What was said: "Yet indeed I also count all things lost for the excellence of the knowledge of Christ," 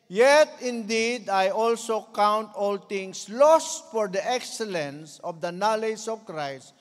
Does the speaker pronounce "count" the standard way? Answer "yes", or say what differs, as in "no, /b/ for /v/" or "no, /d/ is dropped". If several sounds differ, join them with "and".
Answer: yes